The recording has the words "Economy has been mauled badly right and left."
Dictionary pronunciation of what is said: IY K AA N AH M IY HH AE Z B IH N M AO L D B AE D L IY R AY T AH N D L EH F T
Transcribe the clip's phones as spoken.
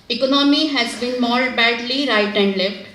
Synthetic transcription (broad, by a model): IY K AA N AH M IY HH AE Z B IH N M AO D B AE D L IY R AY T AH N D L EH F T